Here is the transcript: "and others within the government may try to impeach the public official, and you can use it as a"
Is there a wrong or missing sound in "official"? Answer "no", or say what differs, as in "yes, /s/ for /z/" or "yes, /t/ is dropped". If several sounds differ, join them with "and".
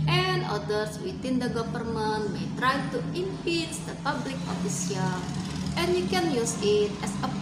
yes, /s/ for /ʃ/